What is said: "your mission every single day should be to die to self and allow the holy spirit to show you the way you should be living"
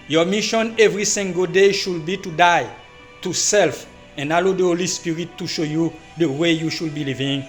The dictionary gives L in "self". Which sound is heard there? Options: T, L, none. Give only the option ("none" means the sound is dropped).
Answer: L